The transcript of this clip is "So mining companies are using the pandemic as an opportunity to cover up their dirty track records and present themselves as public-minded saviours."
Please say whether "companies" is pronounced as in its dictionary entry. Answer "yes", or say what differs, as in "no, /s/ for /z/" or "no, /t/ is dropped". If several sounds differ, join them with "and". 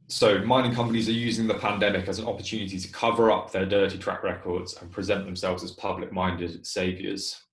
yes